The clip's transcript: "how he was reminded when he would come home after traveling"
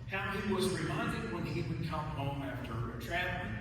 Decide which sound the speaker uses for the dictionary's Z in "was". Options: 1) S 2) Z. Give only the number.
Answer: 2